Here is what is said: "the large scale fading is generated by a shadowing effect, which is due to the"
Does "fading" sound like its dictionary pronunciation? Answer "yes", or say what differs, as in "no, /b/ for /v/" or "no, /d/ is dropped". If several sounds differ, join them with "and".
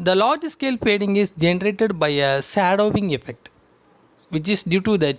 no, /p/ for /f/